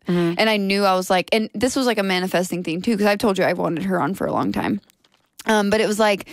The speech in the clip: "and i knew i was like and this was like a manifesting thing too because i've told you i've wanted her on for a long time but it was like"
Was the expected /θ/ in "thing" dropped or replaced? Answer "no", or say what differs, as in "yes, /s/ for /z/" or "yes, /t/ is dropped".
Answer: no